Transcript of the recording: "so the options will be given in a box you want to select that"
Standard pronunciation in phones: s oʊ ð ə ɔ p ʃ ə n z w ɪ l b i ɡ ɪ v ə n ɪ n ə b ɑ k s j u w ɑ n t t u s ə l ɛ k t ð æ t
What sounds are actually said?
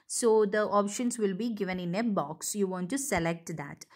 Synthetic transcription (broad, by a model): s oʊ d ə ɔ p ʃ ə n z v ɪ l b i ɡ ɪ v ə n ɪ n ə b ɑ k s j u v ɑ n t t u s ə l ɛ k t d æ t